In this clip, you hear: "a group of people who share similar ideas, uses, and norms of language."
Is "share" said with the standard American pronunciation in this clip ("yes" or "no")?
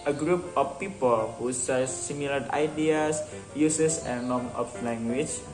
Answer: no